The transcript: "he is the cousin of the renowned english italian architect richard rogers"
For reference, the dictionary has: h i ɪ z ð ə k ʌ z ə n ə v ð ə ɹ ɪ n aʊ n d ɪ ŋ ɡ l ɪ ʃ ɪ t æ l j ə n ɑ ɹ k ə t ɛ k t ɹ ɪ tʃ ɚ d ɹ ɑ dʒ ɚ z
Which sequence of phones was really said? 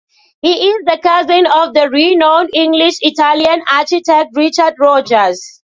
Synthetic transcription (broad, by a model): h i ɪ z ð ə k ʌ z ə n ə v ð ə ɹ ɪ n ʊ n ɪ ŋ ɡ l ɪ ʃ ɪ t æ l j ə n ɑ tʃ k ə t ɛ k t ɹ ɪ tʃ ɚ d ɹ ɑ dʒ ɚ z